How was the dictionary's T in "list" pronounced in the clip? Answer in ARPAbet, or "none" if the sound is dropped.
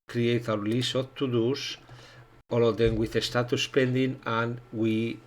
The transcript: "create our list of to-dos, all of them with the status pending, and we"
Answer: none